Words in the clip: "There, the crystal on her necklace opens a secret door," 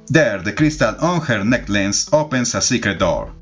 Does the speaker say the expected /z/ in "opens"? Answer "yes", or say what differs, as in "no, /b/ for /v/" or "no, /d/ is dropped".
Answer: no, /s/ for /z/